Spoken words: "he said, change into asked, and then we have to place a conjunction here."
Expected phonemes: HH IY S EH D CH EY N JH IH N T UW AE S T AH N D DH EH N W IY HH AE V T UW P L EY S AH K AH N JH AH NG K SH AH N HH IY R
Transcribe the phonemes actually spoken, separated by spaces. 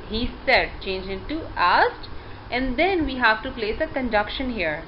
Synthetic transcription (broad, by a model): HH IY S EH D CH EY N JH IH N T UW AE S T AH N D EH N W IY HH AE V T UW P L EY S AH K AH N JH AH K SH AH N HH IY R